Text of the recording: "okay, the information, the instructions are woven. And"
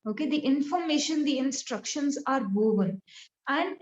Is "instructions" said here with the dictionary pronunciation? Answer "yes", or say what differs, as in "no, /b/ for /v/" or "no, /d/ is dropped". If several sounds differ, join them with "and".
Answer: yes